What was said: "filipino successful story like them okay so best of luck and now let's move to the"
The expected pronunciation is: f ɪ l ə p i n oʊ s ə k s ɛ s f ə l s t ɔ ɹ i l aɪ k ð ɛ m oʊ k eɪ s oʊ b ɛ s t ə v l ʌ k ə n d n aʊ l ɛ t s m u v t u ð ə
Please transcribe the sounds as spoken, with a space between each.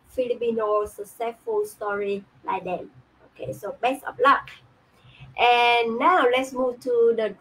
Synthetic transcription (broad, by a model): f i l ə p i n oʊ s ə s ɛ f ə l s t ɔ ɹ i l aɪ k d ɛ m oʊ k eɪ s oʊ b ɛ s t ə p l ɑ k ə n n aʊ l ɛ t s m u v t u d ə